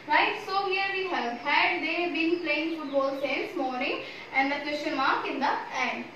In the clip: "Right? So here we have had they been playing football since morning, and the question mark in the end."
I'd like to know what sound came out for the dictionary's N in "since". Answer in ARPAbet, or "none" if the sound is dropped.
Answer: none